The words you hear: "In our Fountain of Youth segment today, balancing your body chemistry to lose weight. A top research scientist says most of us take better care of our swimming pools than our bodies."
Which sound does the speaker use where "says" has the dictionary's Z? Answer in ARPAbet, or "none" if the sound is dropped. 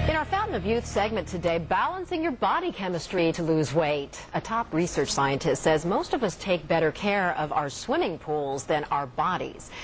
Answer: Z